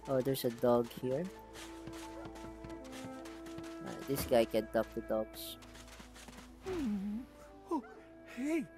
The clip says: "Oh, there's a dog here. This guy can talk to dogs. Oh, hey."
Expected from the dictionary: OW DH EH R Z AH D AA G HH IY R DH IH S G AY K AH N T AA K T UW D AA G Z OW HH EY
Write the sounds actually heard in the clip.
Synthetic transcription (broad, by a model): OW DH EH R S AH D AA G HH IY R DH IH S G AY K AH N T AA K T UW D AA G S OW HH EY